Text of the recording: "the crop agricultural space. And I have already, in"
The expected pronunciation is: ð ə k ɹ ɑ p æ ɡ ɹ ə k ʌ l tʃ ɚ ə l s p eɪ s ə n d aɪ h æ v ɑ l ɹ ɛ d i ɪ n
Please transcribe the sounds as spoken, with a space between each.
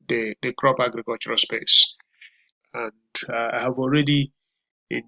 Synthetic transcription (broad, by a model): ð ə k ɹ ɑ p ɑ ɡ ɹ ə k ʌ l tʃ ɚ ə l s p eɪ s ə n d aɪ h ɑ v ɑ l ɹ ɛ d i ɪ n